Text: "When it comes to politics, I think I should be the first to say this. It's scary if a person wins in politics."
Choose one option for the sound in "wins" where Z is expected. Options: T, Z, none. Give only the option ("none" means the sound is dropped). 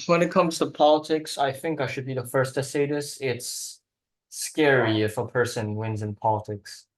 Z